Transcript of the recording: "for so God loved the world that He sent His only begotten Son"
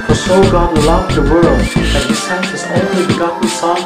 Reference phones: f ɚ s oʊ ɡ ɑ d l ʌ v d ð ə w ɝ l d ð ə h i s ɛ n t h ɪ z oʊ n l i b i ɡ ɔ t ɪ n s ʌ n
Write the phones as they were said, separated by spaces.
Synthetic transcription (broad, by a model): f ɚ s oʊ ɡ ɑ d l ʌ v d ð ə w ɝ l d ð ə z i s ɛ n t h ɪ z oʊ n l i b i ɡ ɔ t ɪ s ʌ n